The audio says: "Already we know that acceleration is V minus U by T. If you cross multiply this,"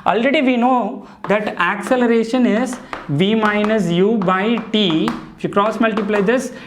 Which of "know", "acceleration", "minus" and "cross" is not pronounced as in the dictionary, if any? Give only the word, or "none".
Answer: none